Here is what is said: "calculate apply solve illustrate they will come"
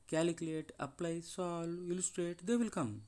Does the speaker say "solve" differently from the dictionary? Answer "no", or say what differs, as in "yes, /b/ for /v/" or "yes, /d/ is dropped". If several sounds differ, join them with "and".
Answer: yes, /v/ is dropped